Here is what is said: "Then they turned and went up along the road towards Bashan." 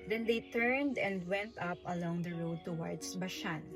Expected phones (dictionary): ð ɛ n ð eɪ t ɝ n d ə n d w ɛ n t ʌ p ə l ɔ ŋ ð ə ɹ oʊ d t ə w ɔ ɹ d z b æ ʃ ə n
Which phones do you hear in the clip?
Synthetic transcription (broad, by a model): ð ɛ n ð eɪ t ɝ n d ə n d w ɛ n t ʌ p ə l ɔ ŋ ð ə ɹ oʊ d t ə w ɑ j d s b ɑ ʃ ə n